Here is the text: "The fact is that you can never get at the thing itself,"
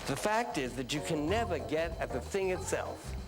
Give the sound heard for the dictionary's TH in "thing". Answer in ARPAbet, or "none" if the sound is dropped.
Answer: TH